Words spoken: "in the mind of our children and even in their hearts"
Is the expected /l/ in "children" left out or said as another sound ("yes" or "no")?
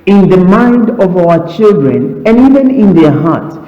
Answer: no